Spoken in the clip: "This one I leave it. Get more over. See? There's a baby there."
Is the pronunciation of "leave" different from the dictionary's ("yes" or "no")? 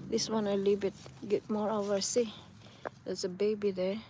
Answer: yes